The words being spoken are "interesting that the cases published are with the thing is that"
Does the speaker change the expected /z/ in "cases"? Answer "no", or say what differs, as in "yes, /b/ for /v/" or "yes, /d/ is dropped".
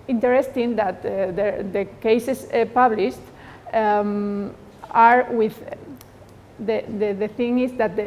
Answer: yes, /s/ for /z/